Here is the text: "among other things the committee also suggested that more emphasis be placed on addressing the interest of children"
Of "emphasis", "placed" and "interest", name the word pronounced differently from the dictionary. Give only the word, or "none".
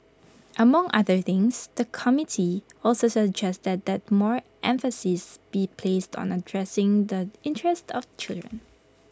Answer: none